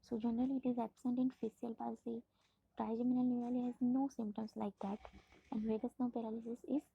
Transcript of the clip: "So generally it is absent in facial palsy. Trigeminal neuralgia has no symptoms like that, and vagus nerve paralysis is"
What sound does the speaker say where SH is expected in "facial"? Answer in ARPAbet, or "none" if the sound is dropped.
S